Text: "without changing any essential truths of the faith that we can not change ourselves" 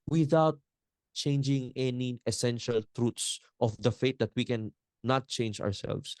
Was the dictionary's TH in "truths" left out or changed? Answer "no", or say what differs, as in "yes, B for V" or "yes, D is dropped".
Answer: yes, T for TH